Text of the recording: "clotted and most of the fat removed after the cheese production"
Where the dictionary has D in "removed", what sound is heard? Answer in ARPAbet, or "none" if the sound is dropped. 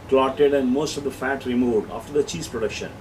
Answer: D